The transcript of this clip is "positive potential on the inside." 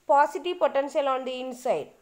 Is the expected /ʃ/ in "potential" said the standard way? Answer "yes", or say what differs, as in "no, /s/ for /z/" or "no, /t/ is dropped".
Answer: no, /s/ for /ʃ/